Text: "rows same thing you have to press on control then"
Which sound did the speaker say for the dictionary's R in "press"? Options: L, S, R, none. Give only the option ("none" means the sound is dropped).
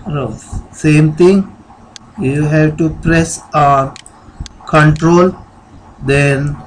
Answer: R